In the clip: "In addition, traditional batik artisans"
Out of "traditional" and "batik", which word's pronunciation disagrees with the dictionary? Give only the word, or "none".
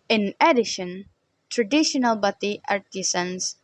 batik